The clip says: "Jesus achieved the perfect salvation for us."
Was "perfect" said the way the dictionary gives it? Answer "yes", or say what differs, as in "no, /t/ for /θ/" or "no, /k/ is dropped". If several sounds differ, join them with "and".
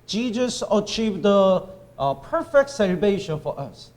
yes